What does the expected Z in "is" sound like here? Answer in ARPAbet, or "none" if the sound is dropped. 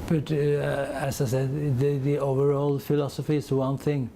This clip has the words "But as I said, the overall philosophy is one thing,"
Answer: S